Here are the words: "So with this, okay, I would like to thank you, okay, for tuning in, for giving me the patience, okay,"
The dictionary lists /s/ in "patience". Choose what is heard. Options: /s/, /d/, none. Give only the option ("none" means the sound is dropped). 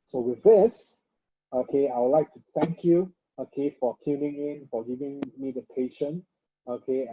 none